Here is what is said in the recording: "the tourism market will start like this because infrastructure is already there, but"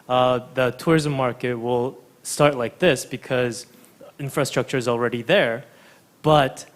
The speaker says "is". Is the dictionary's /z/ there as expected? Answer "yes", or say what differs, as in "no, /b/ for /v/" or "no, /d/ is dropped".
yes